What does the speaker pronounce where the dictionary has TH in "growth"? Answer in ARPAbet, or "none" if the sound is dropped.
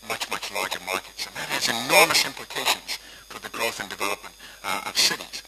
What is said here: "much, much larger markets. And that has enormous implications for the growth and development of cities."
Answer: TH